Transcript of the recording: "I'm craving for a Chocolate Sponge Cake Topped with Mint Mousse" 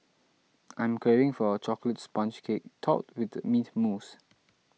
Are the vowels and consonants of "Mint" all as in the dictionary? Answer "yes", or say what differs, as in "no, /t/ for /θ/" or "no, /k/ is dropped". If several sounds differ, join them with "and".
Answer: no, /n/ is dropped